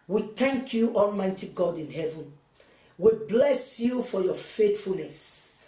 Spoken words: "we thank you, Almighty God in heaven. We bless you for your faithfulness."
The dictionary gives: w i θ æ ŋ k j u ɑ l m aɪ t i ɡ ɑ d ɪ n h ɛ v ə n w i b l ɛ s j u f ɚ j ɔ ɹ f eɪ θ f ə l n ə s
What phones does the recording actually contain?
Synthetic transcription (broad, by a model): w i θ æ ŋ k j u ɑ l m aɪ t i ɡ ɑ d ɪ n h ɛ v ə n w i b l ɛ s j u f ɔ j ɔ f eɪ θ f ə l n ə s